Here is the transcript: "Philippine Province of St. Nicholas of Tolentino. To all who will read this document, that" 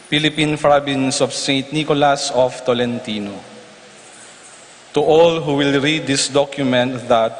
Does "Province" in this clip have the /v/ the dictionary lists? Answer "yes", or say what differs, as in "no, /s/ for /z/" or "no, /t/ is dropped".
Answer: no, /b/ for /v/